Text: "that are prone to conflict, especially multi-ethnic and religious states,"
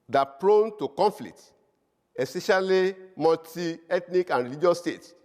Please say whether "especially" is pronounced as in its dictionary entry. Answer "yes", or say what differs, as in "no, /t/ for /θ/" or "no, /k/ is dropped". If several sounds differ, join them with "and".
no, /p/ is dropped